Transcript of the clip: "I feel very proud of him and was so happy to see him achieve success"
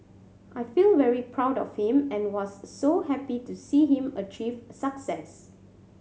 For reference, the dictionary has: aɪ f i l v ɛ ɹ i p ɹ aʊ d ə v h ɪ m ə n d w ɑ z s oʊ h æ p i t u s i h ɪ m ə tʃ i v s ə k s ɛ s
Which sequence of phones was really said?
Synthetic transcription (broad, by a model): aɪ f i l v ɛ ɹ i p ɹ aʊ d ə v h ɪ m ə n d w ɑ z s oʊ h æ p i t u s i h ɪ m ə tʃ i v s ə k s ɛ s